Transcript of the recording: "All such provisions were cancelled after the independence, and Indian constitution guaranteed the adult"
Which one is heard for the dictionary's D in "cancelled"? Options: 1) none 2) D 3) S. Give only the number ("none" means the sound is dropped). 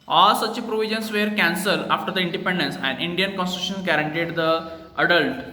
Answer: 1